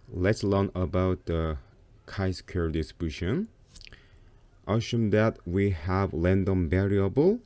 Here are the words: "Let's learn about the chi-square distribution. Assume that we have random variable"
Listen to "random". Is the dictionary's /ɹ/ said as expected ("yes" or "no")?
no